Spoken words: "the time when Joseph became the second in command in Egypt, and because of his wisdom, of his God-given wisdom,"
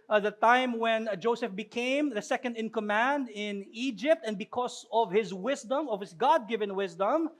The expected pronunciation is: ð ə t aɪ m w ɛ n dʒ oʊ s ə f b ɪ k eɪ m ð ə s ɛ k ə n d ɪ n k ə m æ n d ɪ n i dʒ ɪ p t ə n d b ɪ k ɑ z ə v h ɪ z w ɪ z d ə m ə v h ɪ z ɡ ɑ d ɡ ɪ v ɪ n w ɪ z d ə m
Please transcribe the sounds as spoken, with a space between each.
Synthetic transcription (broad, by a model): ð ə t aɪ m w ɛ n dʒ oʊ s ə f b ɪ k eɪ m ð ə s ɛ k ə n d ɪ n k ə m æ n d ɪ n i dʒ ɪ p t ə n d b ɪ k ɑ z ə v h ɪ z w ɪ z d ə m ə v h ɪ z ɡ ɑ d ɡ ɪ v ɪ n w ɪ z d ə m